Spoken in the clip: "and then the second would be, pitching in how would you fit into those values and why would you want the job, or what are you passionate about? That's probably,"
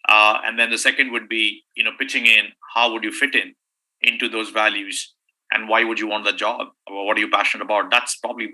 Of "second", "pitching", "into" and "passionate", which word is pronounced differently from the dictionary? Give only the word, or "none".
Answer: none